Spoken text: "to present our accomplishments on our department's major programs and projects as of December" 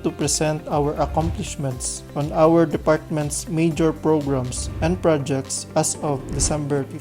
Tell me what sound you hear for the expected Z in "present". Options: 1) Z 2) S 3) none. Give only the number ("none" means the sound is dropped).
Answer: 2